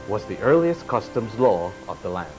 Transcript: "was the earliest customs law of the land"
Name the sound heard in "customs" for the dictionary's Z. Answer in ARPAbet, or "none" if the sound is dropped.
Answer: Z